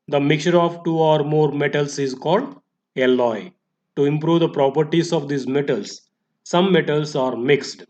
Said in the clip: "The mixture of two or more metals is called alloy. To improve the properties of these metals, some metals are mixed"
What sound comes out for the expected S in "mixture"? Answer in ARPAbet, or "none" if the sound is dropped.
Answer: none